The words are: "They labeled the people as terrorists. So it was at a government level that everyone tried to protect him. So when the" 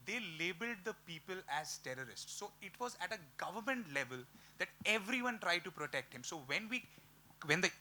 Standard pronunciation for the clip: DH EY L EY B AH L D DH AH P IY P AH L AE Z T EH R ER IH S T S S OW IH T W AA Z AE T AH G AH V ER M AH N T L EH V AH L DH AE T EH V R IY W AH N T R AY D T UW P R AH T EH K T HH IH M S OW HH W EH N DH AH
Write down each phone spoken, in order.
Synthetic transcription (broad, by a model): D EY L EY B AH L D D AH P IY P AH L AE Z T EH R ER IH S T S S OW IH T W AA Z AE T AH G AH V ER M AH N T L EH V AH L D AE T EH V R IY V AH N T R AY D T UW P R AH T EH K T HH IH M S OW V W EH N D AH